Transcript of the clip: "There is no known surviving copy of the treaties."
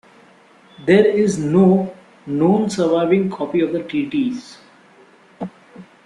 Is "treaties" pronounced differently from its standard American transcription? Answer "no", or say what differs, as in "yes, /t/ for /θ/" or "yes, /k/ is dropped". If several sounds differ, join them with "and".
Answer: yes, /ɹ/ is dropped